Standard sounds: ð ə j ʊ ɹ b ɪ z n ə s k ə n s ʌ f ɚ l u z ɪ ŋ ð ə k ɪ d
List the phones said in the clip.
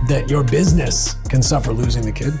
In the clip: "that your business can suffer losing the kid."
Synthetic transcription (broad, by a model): ð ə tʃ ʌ ɹ b ɪ z n ə s k ə n s ʌ f ɚ l u z ɪ ŋ ð ə k ɪ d